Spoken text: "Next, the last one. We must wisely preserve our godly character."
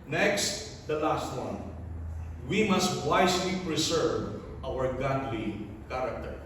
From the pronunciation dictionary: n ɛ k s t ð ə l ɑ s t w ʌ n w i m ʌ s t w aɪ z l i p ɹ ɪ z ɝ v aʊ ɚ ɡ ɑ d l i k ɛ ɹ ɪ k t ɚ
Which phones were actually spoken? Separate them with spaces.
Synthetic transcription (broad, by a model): n ɛ k s t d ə l ɑ s t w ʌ n w i m ʌ s t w aɪ s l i p ɹ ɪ s ɝ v aʊ ɚ ɡ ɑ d l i k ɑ ɹ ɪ k t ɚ